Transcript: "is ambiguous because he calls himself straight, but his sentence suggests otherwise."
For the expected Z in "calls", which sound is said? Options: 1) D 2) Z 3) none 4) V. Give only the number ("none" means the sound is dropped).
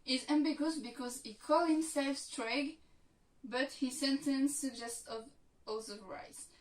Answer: 3